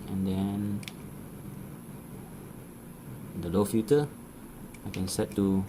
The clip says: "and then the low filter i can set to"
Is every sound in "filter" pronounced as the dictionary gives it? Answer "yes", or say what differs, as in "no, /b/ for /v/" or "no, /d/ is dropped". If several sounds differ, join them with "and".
no, /l/ is dropped